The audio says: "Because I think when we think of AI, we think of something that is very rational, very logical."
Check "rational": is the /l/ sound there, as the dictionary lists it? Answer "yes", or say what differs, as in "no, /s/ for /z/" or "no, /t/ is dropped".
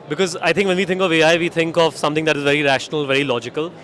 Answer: yes